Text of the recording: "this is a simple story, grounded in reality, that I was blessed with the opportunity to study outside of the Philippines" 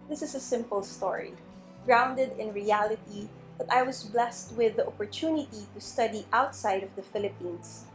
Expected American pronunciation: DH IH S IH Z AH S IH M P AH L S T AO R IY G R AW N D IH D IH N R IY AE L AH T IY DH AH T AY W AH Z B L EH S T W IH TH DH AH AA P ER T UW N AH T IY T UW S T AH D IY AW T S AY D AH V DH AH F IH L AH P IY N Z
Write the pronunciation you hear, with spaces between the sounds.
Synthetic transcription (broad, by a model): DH IH S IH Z AH S IH M P AH L S T AO R IY G R AW N D IH D IH N R IY AE L AH T IY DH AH T AY W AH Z B L EH S T W IH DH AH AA P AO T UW N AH T IY T UW S T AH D IY AW T S AY D AH V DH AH F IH L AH P IY N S